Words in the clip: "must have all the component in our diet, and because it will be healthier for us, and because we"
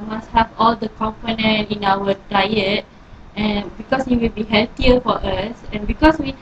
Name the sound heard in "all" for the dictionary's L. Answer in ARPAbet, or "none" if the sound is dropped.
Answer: L